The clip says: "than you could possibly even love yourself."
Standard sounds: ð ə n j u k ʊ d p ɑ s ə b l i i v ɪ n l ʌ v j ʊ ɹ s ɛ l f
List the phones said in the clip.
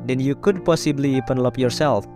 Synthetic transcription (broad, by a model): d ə n j u k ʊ d p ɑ s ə b l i i p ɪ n l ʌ p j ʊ ɹ s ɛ l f